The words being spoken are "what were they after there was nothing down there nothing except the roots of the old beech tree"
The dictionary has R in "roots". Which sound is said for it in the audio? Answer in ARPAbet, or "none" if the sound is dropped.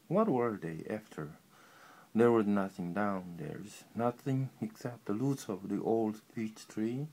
L